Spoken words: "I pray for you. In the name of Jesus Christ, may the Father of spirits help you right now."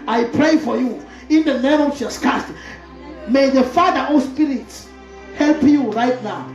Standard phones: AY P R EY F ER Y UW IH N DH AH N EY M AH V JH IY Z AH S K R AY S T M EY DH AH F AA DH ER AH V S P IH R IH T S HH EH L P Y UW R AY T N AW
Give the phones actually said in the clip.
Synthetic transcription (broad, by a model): AY P R EY F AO Y UW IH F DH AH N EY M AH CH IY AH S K AY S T M EY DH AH F AA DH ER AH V S P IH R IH T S HH EH L P Y UW R AY T N AW